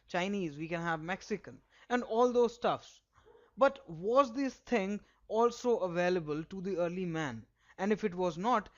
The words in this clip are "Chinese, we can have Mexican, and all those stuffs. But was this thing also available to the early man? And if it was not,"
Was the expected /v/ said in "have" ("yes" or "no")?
yes